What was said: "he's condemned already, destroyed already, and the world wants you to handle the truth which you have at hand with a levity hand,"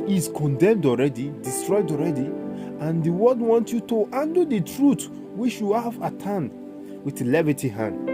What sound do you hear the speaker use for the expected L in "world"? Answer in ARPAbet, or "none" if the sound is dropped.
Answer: none